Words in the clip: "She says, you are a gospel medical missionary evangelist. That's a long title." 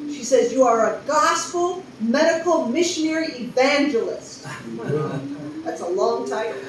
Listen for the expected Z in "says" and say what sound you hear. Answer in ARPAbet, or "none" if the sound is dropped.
Z